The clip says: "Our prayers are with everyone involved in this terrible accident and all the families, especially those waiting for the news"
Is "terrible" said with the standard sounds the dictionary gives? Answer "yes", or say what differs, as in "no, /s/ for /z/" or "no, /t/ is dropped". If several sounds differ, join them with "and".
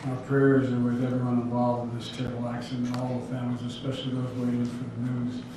no, /ɹ/ is dropped